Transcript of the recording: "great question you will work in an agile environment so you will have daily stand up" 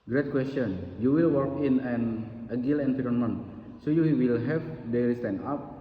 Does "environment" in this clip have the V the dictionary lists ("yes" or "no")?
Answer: no